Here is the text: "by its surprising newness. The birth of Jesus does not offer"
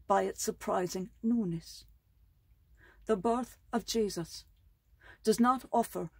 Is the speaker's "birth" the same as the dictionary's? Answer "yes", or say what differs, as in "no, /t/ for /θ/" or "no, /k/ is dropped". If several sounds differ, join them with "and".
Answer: yes